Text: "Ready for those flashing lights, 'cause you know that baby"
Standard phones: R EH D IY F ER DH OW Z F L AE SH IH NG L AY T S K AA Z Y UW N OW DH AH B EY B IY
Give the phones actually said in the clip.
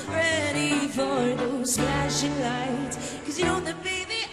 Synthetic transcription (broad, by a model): R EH D IY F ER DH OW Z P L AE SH IH NG L AY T K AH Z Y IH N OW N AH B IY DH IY